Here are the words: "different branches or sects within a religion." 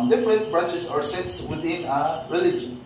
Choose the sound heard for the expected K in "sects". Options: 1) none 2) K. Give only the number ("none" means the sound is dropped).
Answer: 1